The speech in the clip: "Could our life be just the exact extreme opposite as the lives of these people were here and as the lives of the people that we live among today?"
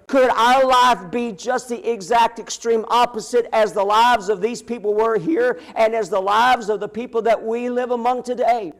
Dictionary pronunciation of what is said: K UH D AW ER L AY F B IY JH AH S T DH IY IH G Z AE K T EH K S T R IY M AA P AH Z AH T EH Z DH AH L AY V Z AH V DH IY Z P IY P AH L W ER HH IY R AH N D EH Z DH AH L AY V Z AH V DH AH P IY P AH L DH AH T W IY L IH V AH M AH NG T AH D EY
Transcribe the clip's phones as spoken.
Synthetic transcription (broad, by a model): K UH D AW ER L AY F B IY JH AH S T DH IY IH G Z AE K T EH K S T R IY M AA P AH Z AH T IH Z DH AH L AY V Z AH V DH IY Z P IY P L W ER HH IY R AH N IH Z DH AH L AY V Z AH V DH AH P IY P L DH AH T W IY L IH V AH M AH NG T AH D EY